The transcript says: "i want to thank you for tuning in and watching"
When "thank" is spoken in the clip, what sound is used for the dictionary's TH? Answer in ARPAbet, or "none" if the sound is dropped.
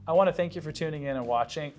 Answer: TH